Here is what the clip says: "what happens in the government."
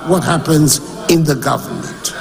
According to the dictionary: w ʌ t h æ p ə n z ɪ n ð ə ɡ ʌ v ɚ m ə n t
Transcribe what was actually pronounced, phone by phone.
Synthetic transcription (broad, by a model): w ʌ t h æ p ə n z ɪ n ð ə ɡ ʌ v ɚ m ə n t